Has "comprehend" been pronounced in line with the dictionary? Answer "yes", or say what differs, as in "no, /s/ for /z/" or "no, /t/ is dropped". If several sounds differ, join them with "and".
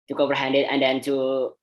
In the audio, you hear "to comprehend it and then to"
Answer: no, /m/ is dropped